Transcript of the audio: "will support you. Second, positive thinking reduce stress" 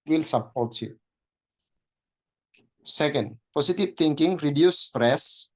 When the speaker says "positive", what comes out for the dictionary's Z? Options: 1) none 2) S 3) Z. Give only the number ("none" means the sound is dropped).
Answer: 2